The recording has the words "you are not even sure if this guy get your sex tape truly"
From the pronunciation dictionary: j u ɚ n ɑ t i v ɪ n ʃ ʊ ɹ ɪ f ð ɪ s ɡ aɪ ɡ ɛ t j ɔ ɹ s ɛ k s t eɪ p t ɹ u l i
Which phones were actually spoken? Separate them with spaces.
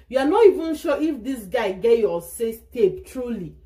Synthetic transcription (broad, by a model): j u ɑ n ɑ t i v ɪ n ʃ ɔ ɪ f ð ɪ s ɡ aɪ ɡ ɛ t j ɔ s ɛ s t eɪ p t ɹ u l i